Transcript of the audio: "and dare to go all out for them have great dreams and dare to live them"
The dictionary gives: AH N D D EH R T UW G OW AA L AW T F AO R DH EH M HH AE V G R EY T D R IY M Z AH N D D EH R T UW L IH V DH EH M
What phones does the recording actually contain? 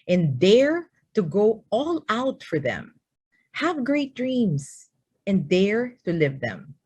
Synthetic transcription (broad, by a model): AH N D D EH R T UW G OW AA L AW T F AO R DH EH M HH AE V G R EY T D R IY M S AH N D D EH R T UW L IH V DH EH M